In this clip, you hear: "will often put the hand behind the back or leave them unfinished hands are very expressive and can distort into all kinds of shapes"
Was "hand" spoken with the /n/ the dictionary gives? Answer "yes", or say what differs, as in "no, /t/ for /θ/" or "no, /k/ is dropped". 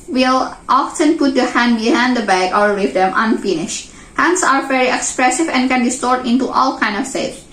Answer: yes